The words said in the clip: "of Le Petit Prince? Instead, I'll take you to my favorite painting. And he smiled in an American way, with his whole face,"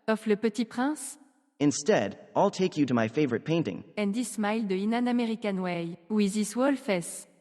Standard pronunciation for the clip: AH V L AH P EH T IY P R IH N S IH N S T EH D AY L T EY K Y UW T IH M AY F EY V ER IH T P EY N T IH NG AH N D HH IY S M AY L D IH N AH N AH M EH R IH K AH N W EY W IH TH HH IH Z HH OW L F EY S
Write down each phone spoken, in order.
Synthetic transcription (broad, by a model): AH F L AH P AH T IY P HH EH S IH N S T EH D AY L T EY K Y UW T IH M AY F EY V ER IH T P EY N T IH NG AH N D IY S M AY L D IH N AH N AH M EH R IH K AH N W EY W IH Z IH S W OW L F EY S